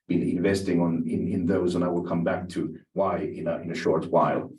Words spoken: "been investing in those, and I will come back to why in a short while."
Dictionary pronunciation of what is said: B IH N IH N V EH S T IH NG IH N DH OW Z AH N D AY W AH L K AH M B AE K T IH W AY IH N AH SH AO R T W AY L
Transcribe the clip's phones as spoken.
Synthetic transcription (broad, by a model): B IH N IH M V EH S T IH NG IH N DH OW Z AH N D AY W AH L K AH M B AE K T IH W AY IH N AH SH AO R T W AY L